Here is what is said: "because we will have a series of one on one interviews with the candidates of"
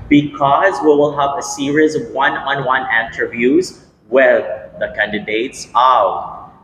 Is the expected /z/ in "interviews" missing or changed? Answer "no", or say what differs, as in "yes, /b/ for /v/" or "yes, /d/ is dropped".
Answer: no